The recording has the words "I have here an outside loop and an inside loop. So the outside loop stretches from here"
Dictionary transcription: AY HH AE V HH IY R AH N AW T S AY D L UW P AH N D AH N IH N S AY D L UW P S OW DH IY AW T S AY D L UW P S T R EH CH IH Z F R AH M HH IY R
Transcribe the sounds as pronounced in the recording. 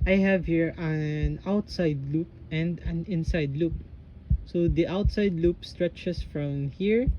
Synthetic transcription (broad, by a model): AY HH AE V HH IY R AH N AW T S AY D L UW P AH N D AH N IH N S AY D L UW P S OW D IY AW T S AY D L UW P S T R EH CH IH S F R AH M HH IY R